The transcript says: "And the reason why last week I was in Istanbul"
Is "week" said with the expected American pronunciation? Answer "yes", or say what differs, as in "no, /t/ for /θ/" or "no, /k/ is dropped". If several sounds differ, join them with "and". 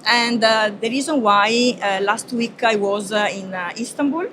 yes